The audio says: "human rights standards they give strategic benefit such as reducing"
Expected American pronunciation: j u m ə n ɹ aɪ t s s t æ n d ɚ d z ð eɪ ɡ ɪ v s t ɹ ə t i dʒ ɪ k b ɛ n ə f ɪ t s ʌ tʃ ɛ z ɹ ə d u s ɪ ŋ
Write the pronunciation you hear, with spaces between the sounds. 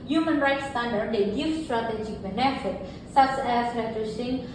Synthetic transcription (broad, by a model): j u m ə n ɹ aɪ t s s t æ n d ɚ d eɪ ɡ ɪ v s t ɹ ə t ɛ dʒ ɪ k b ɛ n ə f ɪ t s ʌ s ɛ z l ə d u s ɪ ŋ